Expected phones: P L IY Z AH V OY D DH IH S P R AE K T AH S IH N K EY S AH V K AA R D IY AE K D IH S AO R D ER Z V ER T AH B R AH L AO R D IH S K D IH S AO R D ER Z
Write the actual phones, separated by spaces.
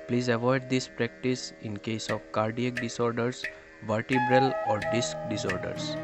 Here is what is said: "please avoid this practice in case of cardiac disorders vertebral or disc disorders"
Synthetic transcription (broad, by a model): P L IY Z AH V OY D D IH S P R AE K T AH S IH N K EY S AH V K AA R D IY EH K D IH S AO R D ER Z V ER T AH B R AH L AO R D IH S K D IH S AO R D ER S